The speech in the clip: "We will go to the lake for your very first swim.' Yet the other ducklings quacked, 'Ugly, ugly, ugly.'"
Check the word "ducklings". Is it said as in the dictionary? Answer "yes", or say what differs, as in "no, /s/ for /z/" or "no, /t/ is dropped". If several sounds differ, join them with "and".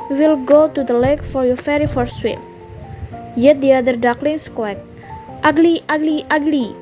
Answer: no, /s/ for /z/